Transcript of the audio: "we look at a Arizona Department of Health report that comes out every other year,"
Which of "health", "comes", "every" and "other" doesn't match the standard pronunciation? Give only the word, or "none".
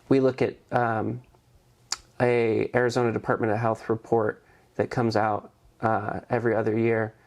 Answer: none